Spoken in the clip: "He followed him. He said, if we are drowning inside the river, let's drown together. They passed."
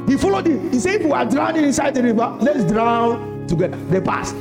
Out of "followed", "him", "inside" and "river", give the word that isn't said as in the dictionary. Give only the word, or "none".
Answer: river